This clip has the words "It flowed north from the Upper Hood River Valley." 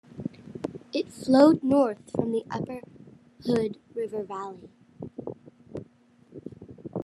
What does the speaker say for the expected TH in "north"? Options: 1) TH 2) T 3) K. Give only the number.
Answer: 1